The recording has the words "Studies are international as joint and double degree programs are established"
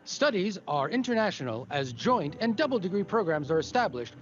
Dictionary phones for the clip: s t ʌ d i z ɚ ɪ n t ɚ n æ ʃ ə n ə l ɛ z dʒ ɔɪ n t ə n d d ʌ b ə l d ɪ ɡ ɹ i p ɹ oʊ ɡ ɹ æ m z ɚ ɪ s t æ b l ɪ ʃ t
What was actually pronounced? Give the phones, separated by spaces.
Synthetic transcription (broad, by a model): s t ʌ d i z ɚ ɪ n t ɚ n æ ʃ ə n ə l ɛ z dʒ ɔɪ n t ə n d d ʌ b l d ɪ ɡ ɹ i p ɹ oʊ ɡ ɹ æ m z ɚ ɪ s t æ b l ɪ ʃ t